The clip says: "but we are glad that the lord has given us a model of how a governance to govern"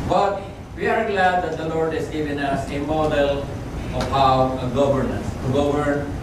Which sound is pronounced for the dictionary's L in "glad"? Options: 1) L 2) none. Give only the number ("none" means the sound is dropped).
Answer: 1